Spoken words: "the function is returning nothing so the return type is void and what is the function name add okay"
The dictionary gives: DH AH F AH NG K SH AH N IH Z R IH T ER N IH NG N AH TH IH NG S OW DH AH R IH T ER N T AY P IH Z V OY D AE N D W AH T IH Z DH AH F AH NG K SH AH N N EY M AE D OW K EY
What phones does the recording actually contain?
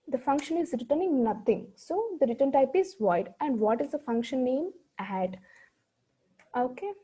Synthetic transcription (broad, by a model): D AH F AH NG K SH AH N IH Z R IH T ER N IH NG N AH T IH NG S OW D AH R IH T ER N T AY P IH Z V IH D AE N D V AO T IH Z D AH F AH NG K SH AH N N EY M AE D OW K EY